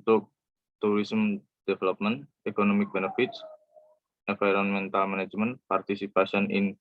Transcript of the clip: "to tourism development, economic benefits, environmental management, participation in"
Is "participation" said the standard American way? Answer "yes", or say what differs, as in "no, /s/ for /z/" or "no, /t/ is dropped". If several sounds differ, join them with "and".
no, /s/ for /ʃ/